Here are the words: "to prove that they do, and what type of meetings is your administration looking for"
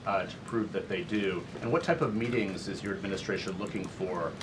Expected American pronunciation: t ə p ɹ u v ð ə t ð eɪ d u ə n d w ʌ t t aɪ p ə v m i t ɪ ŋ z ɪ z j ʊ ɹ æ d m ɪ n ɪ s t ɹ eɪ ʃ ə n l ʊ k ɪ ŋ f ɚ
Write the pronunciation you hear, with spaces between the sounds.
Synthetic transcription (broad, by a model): t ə p ɹ u v ð ə t ð eɪ d u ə n w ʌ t t aɪ p ə v m i t ɪ ŋ z ɪ z j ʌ ɹ æ d m ɪ n ɪ s t ɹ eɪ ʃ ə n l ʊ k ɪ ŋ f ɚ